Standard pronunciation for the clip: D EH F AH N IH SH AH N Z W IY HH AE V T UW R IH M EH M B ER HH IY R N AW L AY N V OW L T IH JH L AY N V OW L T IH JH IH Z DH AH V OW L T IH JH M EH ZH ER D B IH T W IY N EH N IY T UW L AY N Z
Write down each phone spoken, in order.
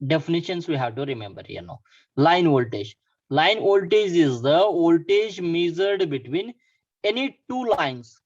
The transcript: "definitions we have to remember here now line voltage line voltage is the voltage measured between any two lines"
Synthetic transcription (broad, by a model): D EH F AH N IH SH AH N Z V IY HH AE V T UW R IH M EH M B ER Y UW N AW L AY N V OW L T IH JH L AY N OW L T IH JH IH Z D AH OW L T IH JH M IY Z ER D B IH T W IY N EH N IY T UW L AY N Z